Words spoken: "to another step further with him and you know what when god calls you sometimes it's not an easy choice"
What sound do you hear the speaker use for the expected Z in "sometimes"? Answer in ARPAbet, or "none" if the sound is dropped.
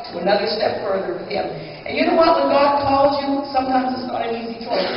Z